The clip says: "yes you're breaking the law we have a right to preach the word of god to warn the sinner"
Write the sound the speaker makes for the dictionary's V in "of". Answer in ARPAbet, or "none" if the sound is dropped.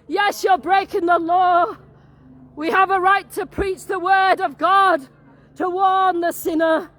V